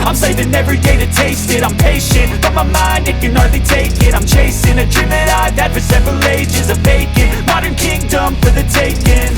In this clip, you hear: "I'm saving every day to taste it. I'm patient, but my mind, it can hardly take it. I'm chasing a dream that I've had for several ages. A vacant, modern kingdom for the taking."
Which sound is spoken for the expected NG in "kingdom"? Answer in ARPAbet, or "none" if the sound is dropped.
NG